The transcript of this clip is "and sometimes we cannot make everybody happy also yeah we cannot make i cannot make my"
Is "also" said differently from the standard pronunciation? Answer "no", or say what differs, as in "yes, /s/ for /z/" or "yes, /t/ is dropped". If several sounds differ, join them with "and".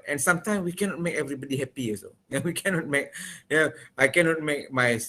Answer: yes, /l/ is dropped